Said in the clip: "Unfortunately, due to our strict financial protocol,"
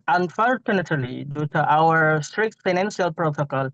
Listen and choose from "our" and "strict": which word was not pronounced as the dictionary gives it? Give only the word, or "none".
none